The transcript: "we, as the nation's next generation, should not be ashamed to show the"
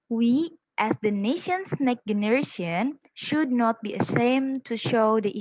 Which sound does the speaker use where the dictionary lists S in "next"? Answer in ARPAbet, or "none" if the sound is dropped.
none